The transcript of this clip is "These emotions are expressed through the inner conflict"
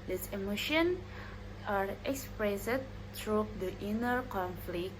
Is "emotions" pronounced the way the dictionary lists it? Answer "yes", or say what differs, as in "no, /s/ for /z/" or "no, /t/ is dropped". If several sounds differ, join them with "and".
no, /z/ is dropped